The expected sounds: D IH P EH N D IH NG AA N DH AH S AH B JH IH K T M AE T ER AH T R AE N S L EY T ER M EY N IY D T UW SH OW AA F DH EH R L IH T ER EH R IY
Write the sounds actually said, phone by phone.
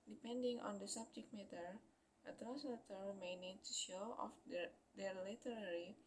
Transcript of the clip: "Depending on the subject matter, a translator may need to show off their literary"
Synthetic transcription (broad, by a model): D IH P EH N D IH NG AA N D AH S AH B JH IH K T M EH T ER AH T R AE S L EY T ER M EY N IY D T UW SH OW AA F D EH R L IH T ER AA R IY